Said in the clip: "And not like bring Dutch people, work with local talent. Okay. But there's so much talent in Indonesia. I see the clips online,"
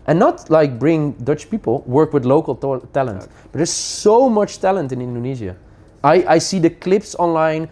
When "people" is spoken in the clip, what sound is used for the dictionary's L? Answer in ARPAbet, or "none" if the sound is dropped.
L